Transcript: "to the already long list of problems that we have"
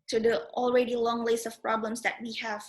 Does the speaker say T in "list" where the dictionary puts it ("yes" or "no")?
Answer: no